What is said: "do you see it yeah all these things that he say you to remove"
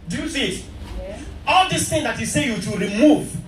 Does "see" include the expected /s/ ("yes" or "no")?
no